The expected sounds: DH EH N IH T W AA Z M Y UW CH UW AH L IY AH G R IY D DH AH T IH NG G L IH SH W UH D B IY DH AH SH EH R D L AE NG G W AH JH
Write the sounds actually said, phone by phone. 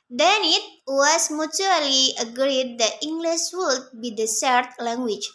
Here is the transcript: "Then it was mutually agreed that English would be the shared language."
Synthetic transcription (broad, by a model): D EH N IH T W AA S M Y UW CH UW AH L IY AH G R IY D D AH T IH NG G L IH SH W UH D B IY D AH S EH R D L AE NG G W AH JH